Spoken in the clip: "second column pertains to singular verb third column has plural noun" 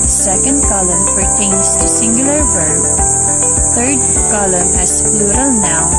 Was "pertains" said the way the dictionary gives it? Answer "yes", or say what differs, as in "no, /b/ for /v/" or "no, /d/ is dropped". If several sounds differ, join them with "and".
no, /f/ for /p/